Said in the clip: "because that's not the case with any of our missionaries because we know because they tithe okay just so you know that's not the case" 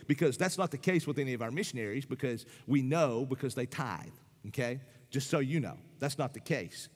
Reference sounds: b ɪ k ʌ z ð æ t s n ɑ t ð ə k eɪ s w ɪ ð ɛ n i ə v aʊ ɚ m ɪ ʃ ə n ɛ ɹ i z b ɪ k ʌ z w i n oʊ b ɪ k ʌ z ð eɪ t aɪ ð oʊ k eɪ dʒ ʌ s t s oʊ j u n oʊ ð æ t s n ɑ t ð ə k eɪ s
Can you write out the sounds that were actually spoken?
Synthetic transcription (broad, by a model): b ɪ k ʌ z ð æ t s n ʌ t ð ə k eɪ s w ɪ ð ɛ n i ə v aʊ ɚ m ɪ ʃ ə n ɛ ɹ i z b ɪ k ʌ z w i n oʊ b ɪ k ʌ z ð eɪ t aɪ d oʊ k eɪ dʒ ʌ s t s oʊ j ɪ n oʊ ð æ t s n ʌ t ð ə k eɪ s